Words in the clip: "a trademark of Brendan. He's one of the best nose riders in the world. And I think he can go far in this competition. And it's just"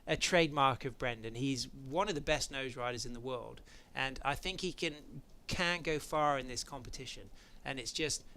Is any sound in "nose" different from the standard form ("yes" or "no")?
no